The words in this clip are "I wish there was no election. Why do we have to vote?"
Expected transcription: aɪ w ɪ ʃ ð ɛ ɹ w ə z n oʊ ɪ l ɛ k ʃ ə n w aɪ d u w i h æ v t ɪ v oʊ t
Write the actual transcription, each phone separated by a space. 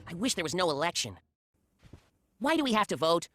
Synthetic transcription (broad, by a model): aɪ w ɪ ʃ ð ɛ ɹ w ə z n oʊ ɪ l ɛ k ʃ ə n w aɪ d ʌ w i h æ f t ɪ v oʊ t